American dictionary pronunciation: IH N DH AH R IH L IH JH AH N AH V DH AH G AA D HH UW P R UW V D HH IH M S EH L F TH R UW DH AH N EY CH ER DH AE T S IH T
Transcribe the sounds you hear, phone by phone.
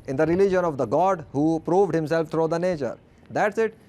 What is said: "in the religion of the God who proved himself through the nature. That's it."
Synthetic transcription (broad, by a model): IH N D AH R IH L IH JH AH N AH V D AH G AA D HH UW P R UW V D HH IH M S EH L F T R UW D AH N EY CH ER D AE T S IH T